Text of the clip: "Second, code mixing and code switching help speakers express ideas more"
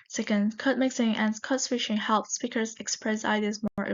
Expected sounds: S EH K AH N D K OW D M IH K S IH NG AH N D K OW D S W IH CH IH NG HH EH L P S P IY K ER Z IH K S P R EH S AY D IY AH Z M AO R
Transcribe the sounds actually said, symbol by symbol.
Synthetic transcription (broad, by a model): S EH K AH N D K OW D M IH K S IH NG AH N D K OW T S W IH SH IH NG HH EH L P S P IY K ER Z IH K S P R EH S AY D IY AH Z M AO R